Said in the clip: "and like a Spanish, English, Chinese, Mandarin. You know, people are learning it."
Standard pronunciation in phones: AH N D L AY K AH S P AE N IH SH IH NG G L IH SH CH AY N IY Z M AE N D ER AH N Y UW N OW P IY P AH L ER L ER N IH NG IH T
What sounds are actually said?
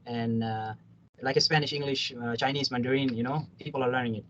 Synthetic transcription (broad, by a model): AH N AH L AY K AH S P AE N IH SH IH NG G L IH SH CH AY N IY S M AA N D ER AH N Y UW N OW P IY P AH L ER L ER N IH NG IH T